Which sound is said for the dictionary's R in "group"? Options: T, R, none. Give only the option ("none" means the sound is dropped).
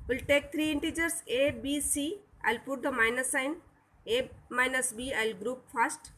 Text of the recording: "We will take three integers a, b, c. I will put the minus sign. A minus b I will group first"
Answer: R